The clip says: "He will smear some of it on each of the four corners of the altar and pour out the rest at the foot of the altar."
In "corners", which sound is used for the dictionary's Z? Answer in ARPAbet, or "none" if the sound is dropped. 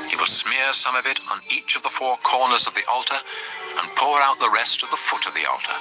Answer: Z